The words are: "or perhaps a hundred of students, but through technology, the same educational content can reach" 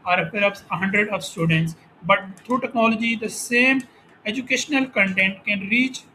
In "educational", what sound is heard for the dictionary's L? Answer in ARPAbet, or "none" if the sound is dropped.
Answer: L